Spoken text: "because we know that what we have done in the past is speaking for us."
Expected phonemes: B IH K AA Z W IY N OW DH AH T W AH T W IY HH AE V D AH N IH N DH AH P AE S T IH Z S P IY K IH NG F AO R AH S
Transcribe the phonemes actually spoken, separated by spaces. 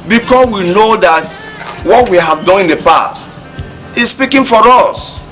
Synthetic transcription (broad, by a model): B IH K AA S W IY N OW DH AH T W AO T W IY HH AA V D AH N IH N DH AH P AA S T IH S S P IY K IH NG F AO R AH S